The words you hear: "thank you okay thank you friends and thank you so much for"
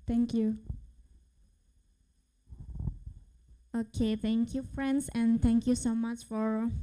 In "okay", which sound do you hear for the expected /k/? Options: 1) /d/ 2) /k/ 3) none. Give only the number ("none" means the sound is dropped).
2